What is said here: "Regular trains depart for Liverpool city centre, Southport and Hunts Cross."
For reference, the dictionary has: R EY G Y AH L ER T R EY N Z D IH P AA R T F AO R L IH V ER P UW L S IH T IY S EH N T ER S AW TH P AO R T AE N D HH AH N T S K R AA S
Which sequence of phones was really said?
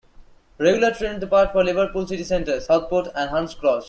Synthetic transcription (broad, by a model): R EY G Y AH L ER T R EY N D IH P AA R T F AO R L IH V ER P UW L S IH T IY S EH N T ER S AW T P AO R T AE N D HH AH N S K R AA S